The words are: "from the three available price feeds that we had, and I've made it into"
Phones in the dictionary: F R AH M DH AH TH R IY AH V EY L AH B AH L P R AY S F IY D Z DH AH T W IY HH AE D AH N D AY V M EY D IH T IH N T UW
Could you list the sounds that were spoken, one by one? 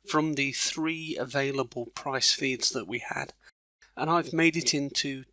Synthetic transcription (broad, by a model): F R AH M DH AH TH R IY AH V EY L AH B AH L P R AY S F IY D Z DH AH T W IY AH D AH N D AY V M EY D IH T IH N T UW